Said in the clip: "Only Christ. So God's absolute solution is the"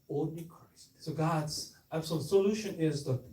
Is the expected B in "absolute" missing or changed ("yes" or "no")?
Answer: yes